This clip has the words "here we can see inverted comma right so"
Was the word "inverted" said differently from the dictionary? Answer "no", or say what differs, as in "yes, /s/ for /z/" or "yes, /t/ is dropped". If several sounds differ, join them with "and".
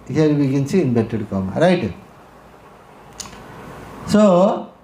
yes, /b/ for /v/